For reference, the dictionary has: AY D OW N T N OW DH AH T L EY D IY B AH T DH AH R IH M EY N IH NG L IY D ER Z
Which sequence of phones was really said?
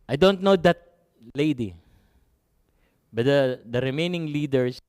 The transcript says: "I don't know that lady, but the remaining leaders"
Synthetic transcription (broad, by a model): AY D OW N T N OW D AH T L EY D IY B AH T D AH R IH M EY N IH NG L IY D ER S